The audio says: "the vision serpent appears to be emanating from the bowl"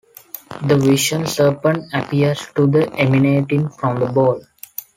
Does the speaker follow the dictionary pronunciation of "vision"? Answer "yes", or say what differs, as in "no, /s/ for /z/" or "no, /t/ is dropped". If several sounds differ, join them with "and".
no, /ʃ/ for /ʒ/